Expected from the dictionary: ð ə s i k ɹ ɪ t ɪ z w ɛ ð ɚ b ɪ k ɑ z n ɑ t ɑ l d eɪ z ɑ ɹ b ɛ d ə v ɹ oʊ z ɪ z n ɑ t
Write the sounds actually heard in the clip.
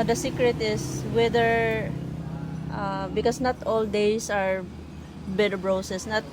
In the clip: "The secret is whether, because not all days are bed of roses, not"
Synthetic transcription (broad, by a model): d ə s i k ɹ ɪ t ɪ s w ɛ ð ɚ b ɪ k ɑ s n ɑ t ɑ l d eɪ s ɑ ɹ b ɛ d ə b ɹ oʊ s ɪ s n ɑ t